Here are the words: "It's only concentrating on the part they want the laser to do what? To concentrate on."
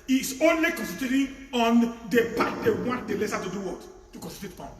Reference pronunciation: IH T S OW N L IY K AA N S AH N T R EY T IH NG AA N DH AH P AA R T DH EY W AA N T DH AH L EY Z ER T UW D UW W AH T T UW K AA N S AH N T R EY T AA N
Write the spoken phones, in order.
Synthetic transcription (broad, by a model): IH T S OW N L IY K AA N S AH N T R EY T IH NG AA N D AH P AA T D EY W AA N T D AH L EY S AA T UW D UW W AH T T UW K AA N S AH L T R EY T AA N